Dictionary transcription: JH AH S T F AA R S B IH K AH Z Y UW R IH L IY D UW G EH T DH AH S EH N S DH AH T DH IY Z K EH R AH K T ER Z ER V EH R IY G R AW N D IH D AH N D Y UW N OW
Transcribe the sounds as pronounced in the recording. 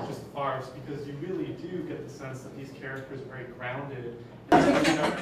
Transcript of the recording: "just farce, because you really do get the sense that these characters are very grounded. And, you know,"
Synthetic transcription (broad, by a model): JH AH S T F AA R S B IH K AH Z Y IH R IH L IY D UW G EH T DH AH S EH N S DH AH T DH IY Z K EH R AH K T ER Z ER V EH R IY G R AW N D IH D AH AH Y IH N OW